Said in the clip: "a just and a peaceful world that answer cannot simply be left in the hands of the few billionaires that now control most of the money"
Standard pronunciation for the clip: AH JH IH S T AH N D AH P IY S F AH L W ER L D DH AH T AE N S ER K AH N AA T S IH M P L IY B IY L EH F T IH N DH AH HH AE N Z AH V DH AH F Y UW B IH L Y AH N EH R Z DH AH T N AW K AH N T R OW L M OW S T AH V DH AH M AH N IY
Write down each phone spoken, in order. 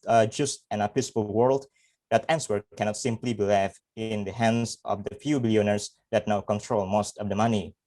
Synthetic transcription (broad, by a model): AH JH IH S T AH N AH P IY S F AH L W ER L D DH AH T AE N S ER K AH N AA T S IH M P L IY B IY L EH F IH N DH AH HH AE N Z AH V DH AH F Y UW B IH L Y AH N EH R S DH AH T N AW K AH N T R OW L M OW S T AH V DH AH M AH N IY